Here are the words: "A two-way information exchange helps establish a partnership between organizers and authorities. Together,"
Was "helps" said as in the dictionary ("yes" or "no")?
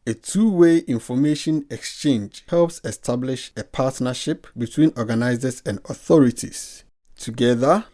yes